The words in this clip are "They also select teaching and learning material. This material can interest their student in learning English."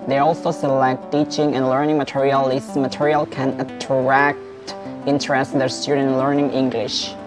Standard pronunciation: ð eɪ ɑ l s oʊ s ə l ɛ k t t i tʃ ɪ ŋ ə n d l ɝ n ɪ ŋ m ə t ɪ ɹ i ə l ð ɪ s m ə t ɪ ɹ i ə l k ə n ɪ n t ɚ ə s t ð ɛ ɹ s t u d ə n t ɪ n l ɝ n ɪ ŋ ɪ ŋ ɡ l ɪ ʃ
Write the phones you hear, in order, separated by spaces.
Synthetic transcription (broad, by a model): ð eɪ ɑ l s oʊ s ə l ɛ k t t i tʃ ɪ ŋ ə n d l ɝ n ɪ ŋ m ə t ɪ ɹ i ə l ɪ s m ə t ɪ ɹ i ə l k ə n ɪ t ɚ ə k t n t ɹ s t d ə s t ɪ n l ɝ n ɪ ŋ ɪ ŋ ɡ l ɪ ʃ